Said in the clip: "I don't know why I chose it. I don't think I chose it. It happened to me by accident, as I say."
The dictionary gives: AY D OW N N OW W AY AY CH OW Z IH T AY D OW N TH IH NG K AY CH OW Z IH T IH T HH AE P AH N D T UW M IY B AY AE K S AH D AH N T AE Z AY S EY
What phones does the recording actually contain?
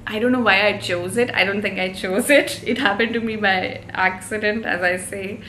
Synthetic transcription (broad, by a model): AY D OW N N OW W AY AY CH OW Z IH T AY D OW N T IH NG K AY CH OW Z IH T IH T HH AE P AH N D T UW M IY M AY AE K S AH D AH N T AE Z AY S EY